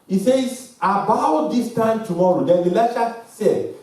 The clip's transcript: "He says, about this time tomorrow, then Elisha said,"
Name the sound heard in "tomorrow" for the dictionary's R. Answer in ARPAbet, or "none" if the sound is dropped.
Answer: R